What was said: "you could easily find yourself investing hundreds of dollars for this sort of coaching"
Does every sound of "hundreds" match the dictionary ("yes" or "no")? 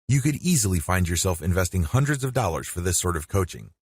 yes